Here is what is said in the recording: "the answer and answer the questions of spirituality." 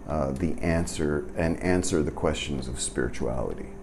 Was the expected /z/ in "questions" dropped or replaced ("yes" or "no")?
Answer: no